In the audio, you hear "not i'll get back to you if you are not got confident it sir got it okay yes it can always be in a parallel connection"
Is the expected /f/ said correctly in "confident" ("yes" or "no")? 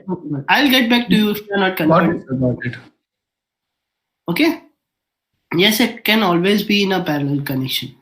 no